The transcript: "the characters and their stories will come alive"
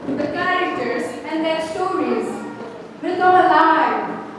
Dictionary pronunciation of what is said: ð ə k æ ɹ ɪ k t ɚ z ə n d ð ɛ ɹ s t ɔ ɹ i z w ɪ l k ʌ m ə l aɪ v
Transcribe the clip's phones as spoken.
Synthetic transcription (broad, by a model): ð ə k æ ɹ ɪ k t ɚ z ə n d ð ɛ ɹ s t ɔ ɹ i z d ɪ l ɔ ə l aɪ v